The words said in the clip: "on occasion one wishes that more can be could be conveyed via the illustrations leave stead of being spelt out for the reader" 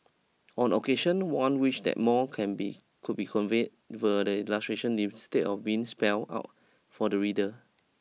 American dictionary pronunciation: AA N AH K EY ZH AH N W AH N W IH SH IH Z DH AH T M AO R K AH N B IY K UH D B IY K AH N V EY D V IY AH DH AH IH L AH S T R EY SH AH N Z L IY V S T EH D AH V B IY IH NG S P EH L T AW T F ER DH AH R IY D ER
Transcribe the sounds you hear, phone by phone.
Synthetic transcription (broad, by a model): AA N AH K EY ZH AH N W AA N W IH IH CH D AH T M AO K AH N B IY K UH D B IY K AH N V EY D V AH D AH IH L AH S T R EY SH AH N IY S T EH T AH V B IY IH NG S P EH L AW T F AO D AH R IY D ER